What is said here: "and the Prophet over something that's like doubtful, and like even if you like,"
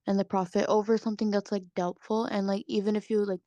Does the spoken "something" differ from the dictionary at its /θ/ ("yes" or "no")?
no